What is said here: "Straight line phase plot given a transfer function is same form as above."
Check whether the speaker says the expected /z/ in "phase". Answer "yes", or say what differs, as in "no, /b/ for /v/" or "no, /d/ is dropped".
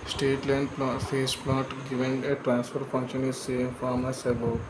no, /s/ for /z/